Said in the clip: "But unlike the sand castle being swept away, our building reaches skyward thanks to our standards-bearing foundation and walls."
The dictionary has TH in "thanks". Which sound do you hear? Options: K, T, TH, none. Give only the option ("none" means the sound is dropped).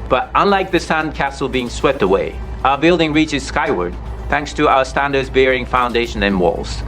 TH